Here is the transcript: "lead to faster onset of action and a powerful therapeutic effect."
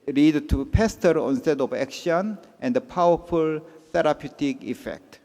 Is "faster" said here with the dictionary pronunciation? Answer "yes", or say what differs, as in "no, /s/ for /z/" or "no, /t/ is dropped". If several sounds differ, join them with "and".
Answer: no, /p/ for /f/